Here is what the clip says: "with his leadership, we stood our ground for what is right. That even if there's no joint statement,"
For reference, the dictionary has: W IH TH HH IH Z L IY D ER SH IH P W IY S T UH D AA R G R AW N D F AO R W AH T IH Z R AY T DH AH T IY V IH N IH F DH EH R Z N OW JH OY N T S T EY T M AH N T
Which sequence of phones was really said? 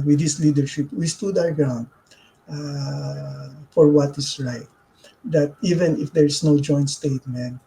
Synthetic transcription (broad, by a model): W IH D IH S L IY D ER SH IH P W IY S T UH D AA W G R AW N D F AO R W AH T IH S R AY T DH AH T IY V IH N IH F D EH R S N OW JH OY N T S T EY T M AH N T